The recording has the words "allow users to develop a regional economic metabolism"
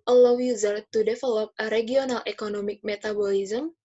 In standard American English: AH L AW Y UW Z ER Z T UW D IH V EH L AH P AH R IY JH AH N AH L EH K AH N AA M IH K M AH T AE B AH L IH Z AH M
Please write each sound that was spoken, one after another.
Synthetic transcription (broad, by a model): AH L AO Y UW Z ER T UW D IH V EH L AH P AH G IY AH N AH L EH K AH N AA M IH K M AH T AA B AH L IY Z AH M